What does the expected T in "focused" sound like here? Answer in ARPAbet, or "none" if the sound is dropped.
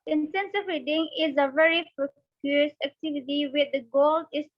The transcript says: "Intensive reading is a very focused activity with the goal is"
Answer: none